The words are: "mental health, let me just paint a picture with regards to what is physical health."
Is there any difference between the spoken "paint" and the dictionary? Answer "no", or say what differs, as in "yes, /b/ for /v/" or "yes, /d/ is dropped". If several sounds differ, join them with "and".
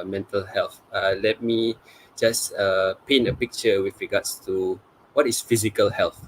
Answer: yes, /t/ is dropped